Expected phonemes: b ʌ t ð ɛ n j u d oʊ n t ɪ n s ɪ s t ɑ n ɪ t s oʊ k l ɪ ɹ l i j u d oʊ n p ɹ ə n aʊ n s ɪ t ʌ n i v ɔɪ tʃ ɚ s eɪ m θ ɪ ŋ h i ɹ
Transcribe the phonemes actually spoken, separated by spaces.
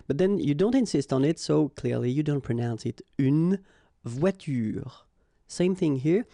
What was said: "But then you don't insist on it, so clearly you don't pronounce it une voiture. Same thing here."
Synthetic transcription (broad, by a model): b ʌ t ð ɛ n j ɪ d oʊ n t ɪ n s ɪ s t n ɪ t s oʊ k l ɪ ɹ l i j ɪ d oʊ n p ɹ ə n aʊ n s ɪ t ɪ n v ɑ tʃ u s eɪ m θ ɪ ŋ h i ɹ